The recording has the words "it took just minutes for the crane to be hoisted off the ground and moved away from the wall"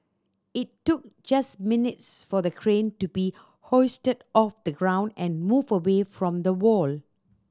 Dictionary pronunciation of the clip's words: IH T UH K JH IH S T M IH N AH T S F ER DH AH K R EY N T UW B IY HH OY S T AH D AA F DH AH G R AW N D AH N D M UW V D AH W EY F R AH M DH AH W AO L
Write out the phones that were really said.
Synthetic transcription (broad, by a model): IH T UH K JH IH S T M IH N AH T S F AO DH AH K R EY N T UW B IY HH OY S T AH D AA F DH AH G R AW N D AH N M UW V AH W EY F R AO M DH AH W AO L